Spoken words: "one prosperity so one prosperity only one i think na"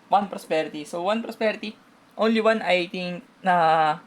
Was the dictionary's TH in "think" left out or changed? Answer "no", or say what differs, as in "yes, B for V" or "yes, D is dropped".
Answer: yes, T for TH